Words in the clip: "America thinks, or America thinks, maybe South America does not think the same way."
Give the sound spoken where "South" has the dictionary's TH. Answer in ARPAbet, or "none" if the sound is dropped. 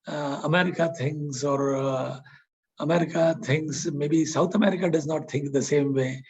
T